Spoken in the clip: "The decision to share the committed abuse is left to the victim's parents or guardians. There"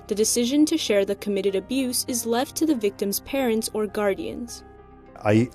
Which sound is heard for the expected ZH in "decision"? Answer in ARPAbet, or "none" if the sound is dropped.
ZH